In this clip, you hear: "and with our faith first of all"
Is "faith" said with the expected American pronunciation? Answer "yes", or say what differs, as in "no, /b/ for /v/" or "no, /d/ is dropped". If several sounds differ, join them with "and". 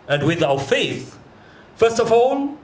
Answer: yes